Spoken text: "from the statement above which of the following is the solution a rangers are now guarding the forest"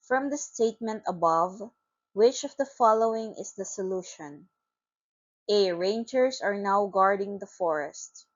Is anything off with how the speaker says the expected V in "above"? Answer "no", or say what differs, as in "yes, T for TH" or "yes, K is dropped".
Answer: no